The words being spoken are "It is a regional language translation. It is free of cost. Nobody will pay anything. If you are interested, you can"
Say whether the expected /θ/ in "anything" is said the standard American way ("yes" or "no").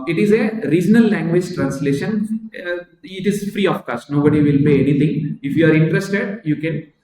no